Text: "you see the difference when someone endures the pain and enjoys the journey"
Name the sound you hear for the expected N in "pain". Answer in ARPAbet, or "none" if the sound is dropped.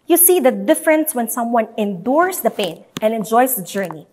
N